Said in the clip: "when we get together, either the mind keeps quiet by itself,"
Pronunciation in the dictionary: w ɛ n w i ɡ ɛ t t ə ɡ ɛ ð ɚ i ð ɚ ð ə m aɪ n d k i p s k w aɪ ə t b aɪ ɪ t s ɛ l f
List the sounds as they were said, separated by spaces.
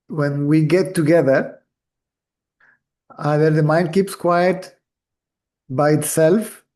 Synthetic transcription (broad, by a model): w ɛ n w i ɡ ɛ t t ə ɡ ɛ ð ɚ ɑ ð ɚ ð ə m aɪ n d k i p s k w aɪ ə t b aɪ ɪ t s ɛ l f